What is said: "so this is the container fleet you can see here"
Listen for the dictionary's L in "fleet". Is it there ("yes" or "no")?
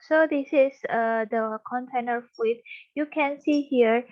no